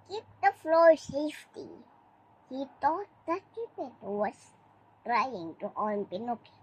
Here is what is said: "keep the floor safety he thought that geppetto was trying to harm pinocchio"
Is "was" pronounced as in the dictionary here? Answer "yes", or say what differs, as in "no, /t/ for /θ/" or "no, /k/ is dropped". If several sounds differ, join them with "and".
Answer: no, /s/ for /z/